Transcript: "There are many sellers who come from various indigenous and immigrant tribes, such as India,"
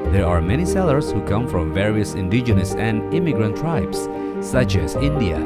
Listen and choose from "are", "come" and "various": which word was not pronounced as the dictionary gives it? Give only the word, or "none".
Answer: none